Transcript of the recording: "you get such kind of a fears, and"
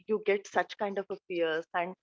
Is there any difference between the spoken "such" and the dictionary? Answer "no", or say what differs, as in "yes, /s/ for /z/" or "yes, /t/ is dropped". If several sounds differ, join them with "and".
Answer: no